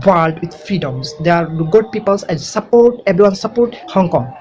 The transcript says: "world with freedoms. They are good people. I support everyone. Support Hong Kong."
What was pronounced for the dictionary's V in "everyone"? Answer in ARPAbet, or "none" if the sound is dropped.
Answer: B